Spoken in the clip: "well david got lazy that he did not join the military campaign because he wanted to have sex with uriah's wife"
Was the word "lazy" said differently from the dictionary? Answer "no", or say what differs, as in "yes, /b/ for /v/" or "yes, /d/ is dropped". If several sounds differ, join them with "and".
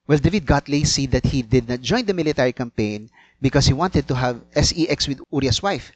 yes, /s/ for /z/